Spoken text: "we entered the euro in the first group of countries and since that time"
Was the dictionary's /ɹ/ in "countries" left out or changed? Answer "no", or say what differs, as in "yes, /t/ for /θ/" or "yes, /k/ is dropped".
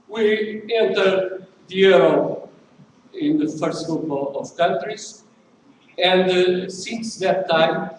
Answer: no